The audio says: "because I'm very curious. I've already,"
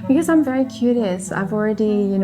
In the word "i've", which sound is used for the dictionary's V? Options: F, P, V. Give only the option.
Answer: V